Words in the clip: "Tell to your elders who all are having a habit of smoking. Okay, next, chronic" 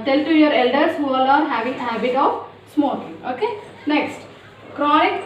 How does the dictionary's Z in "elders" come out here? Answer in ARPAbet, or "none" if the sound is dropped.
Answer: S